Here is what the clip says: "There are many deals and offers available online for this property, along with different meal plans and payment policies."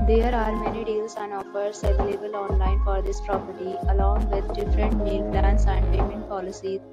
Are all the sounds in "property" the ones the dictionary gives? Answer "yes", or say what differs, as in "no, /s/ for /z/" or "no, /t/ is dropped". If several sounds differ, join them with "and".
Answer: yes